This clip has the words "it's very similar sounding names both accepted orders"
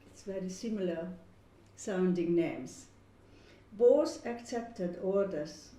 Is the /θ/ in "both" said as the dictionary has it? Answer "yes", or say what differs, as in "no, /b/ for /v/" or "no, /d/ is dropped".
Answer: no, /s/ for /θ/